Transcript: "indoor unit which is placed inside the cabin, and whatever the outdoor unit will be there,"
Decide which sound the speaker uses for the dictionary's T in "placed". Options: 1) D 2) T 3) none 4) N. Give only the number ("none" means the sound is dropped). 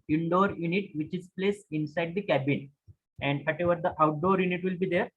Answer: 3